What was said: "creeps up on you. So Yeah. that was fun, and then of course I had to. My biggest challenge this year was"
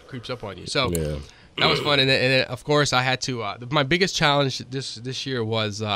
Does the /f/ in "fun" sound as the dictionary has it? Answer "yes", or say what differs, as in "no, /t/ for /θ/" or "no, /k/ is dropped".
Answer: yes